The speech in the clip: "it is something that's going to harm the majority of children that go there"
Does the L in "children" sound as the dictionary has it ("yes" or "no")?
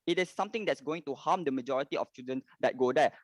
no